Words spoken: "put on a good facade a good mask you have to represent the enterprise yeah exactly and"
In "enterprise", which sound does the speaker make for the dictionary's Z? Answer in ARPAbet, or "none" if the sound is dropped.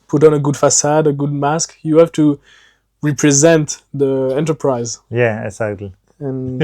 Z